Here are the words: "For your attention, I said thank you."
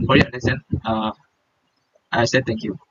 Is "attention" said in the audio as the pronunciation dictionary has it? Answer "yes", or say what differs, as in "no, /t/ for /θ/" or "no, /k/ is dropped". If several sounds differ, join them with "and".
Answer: no, /s/ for /t/ and /ʃ/ is dropped and /n/ is dropped